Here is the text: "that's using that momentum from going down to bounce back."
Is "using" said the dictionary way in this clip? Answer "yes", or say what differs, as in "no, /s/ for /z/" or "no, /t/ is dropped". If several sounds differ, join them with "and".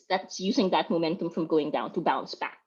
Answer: yes